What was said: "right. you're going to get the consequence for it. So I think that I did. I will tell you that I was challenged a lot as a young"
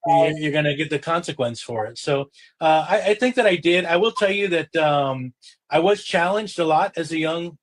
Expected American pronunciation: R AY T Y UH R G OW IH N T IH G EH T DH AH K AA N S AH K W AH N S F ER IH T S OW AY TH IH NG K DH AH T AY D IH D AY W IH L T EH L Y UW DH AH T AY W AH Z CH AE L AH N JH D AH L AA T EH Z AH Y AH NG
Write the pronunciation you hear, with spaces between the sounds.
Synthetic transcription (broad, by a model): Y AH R Y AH R G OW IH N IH G EH T DH AH K AA N S AH K W AH N S F ER IH T S OW AY TH IH NG K DH AH T AY D IH D AY W IH L T EH L Y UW DH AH T AY W AH Z CH AE L AH N JH D AH L AA T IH Z AH Y AH NG